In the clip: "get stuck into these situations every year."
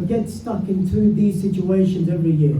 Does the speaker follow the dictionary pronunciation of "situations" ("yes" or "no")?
yes